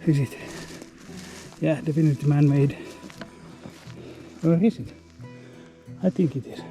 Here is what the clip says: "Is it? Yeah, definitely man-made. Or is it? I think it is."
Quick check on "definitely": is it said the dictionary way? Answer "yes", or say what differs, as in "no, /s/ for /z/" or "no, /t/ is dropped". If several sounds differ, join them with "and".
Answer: no, /l/ is dropped